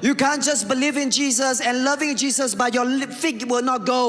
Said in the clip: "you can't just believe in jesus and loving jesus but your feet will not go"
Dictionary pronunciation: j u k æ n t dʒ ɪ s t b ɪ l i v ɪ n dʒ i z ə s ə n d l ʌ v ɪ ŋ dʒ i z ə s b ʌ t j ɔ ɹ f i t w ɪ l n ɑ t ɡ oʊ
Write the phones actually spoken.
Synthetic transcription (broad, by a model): j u k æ n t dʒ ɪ s b ɪ l i v ɪ n dʒ i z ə s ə n l ʌ v ɪ ŋ dʒ i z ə s b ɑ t j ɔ l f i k w ɪ l n ɑ t ɡ oʊ